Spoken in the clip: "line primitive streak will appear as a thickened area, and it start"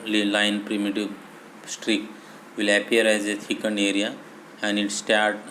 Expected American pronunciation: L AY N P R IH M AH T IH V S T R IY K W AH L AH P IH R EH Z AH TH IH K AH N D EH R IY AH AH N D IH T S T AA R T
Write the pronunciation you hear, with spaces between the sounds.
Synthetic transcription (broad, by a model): L AY N P R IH M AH T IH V S T R IY K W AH L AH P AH R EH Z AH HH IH K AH N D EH R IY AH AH N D IH T S T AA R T